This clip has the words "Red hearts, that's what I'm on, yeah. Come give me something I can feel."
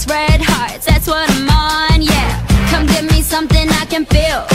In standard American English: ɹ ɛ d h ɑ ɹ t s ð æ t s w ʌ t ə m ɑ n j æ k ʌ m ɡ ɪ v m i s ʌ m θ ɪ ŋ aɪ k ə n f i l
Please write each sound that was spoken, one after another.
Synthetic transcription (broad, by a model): ɹ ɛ d h ɑ ɹ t ð æ t s w ʌ t ə m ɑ n j æ k ʌ m ɡ ɪ v m i s ʌ m θ ɪ ŋ aɪ k ə n f i l